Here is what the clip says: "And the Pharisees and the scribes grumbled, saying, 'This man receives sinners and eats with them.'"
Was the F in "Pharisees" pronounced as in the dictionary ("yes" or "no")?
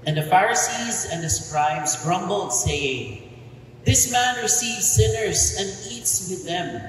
yes